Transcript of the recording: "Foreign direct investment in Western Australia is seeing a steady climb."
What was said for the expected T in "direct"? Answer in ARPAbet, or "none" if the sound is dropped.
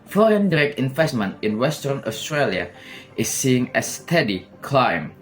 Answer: none